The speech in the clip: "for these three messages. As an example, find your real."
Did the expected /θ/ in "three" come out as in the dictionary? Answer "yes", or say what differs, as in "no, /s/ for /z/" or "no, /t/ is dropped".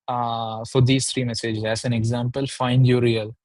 no, /t/ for /θ/